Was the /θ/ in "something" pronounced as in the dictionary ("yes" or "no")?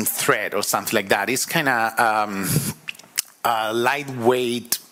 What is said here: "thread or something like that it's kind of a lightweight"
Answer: yes